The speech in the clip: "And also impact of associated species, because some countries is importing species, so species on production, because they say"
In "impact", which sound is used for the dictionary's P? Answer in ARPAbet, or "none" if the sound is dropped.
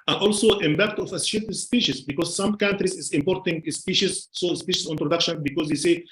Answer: B